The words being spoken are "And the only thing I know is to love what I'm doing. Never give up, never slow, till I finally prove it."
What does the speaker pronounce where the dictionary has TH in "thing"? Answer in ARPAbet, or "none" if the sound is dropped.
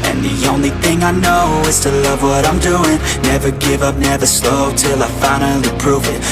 TH